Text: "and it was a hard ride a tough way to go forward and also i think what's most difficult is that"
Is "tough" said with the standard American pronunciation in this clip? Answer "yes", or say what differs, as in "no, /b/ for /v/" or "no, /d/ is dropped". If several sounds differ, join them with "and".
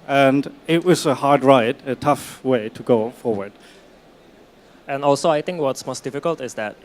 yes